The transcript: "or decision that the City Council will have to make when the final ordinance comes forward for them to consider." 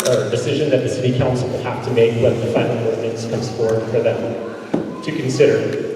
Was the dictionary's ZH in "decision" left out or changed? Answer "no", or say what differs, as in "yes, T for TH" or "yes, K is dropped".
no